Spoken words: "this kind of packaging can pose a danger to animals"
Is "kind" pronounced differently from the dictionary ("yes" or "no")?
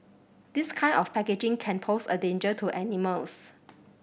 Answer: yes